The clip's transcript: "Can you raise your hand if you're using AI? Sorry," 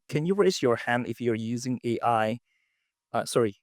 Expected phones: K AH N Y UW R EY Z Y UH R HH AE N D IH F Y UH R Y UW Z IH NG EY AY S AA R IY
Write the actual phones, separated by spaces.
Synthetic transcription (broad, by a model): K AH N Y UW R EY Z Y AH R HH AE N D IH F Y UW R Y UW Z IH NG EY AY S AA R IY